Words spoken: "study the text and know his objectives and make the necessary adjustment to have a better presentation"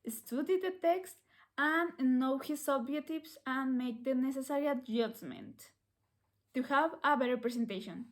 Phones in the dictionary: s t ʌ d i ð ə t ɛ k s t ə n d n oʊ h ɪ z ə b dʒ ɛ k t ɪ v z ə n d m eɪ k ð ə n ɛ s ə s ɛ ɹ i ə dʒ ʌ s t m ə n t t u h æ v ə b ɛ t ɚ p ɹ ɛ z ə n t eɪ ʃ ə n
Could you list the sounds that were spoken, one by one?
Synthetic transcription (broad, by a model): s t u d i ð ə t ɛ k s t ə n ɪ n oʊ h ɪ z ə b ɛ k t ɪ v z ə n m eɪ k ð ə n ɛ s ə s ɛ ɹ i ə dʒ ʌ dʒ m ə n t t u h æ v ə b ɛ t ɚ p ɹ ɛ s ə n t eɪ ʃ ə n